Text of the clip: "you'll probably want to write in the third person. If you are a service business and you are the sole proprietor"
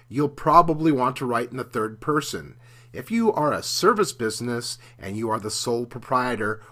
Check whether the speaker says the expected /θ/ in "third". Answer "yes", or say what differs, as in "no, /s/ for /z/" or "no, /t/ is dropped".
yes